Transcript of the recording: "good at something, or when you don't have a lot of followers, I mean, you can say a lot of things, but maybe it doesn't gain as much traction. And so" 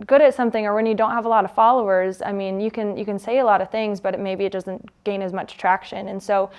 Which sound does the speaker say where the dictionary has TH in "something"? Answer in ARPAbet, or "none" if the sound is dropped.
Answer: TH